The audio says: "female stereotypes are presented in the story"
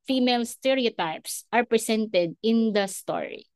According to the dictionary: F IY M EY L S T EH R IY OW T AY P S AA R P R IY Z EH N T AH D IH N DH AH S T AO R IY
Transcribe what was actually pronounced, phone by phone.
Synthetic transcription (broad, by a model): F IY M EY L S T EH R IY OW T AY P S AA R P R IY S EH N T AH D IH N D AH S T AO R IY